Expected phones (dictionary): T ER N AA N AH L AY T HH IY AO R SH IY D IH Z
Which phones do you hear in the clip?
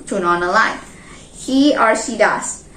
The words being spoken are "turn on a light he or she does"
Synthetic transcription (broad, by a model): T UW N AA N AH L AY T HH IY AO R S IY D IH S